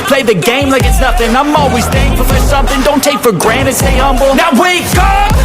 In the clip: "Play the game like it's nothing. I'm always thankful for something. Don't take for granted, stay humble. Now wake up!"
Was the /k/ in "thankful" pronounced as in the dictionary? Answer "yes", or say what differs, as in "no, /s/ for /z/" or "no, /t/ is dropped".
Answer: no, /k/ is dropped